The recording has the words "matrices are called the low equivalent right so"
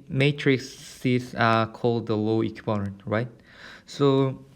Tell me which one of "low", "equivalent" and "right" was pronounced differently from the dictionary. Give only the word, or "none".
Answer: equivalent